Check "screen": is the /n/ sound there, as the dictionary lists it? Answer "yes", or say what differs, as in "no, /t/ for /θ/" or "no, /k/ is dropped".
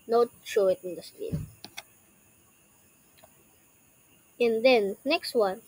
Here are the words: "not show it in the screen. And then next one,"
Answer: no, /n/ is dropped